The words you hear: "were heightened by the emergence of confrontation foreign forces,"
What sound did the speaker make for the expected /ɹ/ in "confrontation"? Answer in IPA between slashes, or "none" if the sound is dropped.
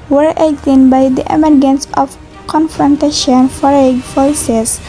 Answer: /ɹ/